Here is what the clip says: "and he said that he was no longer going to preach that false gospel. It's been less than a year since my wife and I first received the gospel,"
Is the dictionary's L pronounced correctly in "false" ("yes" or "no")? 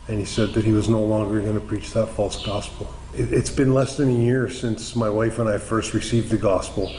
yes